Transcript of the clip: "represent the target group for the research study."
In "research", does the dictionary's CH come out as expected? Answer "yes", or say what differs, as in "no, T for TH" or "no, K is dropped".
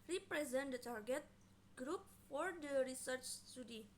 yes